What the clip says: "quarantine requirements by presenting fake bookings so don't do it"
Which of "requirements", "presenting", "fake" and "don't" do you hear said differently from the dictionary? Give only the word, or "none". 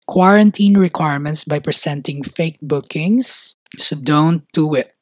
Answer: presenting